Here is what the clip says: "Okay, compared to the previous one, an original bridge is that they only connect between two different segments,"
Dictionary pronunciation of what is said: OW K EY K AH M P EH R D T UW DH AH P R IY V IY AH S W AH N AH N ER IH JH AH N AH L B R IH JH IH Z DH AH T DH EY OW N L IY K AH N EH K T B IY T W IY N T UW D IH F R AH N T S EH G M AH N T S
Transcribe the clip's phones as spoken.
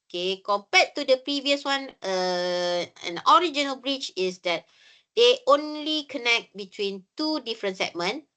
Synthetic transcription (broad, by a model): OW K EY K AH M P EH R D T UW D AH P R IY V IY AH S W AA N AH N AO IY JH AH N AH L B R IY CH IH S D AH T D EY OW N L IY K AH N EH K T B IY T W IY N T UW D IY F R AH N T S EH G M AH N